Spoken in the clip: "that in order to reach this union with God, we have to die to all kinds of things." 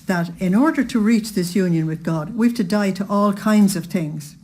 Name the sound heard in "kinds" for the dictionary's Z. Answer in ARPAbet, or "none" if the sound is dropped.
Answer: Z